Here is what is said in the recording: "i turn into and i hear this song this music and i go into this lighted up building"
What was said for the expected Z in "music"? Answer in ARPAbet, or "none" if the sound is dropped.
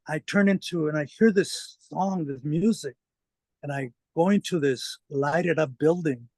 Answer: Z